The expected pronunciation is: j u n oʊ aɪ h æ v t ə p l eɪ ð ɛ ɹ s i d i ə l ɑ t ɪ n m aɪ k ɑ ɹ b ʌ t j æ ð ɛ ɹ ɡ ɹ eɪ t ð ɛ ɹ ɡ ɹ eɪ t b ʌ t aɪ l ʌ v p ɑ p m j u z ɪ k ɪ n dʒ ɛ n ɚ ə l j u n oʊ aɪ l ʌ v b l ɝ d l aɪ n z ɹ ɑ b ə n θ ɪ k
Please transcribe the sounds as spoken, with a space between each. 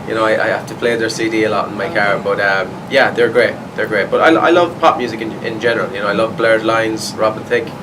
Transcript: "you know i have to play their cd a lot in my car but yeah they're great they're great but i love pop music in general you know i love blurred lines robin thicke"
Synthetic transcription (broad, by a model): j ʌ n oʊ aɪ h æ f t ə p l eɪ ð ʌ ɹ s i d i ə l ɑ t ɪ n m aɪ k ɑ ɹ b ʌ t j æ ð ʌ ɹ ɡ ɹ eɪ t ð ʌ ɹ ɡ ɹ eɪ t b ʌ t aɪ l ʌ v p ɑ p m j u z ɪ k ɪ n dʒ ɛ n ɚ ə l j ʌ n oʊ aɪ l ʌ v b l ɝ d l aɪ n z ɹ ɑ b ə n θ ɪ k